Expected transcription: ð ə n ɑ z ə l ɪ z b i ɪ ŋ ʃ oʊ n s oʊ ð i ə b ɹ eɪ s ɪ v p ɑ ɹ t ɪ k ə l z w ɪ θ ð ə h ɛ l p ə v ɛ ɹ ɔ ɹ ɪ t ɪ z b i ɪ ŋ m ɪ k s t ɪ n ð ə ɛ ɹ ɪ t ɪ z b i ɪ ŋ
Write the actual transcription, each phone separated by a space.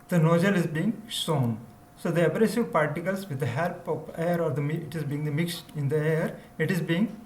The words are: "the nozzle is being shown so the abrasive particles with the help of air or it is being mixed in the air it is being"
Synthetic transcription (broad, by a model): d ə n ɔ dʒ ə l ɪ z b i ɪ ŋ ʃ oʊ n s oʊ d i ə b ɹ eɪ s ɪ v p ɑ ɹ t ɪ k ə l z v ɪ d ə h ɛ l p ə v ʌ ɹ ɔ ɹ ɪ t ɪ z b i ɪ ŋ m ɪ k s t ɪ n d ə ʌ ɹ ɪ t ɪ z b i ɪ ŋ